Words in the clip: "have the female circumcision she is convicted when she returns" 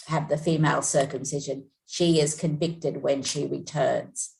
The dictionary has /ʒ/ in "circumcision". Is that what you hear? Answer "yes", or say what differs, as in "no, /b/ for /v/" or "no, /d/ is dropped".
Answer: yes